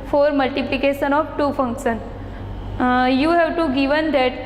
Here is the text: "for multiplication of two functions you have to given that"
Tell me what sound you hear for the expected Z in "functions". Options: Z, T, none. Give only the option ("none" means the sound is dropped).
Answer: none